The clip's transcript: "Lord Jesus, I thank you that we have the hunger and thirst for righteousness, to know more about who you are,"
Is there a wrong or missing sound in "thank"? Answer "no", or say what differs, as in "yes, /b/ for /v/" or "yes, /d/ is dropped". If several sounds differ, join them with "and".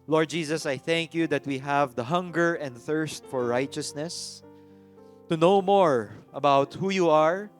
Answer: no